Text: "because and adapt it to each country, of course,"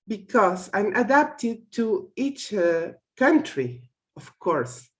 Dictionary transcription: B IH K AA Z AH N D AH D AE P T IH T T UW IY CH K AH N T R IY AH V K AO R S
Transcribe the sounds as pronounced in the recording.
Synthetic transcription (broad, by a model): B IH K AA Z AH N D AH D AE P T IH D T UW IY CH K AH N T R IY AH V K AO R S